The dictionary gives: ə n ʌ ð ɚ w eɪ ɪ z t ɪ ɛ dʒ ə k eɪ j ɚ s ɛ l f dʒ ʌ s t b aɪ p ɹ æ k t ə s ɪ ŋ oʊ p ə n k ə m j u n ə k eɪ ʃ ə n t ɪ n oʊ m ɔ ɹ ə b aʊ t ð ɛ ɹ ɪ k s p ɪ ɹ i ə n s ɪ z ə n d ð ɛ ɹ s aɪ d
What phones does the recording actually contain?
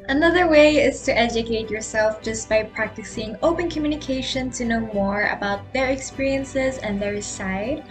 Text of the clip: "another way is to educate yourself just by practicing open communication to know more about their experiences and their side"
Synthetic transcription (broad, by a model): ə n ʌ ð ɚ w eɪ ɪ z t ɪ ɛ dʒ ə k eɪ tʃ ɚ s ɛ l f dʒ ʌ s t b aɪ p ɹ æ k t ə s ɪ ŋ oʊ p ə n k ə m j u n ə k eɪ ʃ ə n t ɪ n oʊ m ɔ ɹ ə b aʊ t ð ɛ ɹ ɪ k s p ɪ ɹ i ə n s ɪ z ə n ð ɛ ɹ s aɪ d